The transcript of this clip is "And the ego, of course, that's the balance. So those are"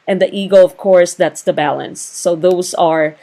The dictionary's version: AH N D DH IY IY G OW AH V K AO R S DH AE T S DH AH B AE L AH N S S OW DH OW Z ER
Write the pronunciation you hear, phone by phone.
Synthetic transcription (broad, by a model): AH N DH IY IY G OW AH V K AO R S DH AE T S DH AH B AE L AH N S S OW DH OW Z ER